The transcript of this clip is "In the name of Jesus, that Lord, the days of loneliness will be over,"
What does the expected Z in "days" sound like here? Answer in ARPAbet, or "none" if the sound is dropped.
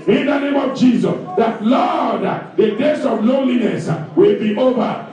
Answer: S